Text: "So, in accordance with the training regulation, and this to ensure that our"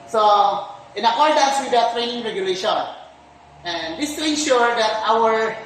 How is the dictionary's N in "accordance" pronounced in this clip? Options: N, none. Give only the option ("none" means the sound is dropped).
N